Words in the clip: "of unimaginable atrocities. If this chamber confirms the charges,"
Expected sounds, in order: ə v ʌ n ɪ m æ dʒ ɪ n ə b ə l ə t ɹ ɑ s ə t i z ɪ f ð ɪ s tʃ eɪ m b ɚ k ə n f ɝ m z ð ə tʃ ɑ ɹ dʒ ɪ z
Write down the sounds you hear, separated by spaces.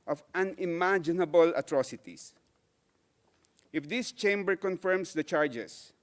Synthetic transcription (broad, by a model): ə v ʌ n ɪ m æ dʒ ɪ n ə b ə l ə t ɹ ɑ s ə t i s ɪ f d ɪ s tʃ eɪ m b ɚ k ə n f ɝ m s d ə tʃ ɑ ɹ dʒ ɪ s